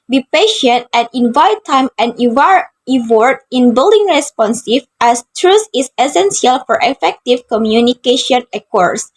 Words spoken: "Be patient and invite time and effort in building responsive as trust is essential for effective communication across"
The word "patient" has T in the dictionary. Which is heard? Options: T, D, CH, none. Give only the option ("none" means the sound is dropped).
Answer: T